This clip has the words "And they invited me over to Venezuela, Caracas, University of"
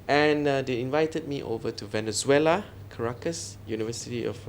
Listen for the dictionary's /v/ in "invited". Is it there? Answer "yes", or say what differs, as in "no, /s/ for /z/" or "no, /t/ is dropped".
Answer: yes